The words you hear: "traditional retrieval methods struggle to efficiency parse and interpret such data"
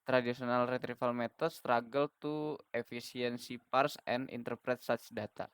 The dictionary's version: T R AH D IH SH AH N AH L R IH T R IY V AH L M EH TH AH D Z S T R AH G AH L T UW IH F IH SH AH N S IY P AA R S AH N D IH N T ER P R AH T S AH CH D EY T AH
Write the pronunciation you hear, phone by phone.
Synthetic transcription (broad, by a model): T R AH D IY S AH N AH L R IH T R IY F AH L M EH T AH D S T R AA G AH L T UW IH F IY S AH N S IY P AA R S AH N IH N T ER P R AH T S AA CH D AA T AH